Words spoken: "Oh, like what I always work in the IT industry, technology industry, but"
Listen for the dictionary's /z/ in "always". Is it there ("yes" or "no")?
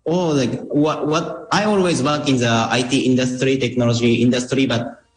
yes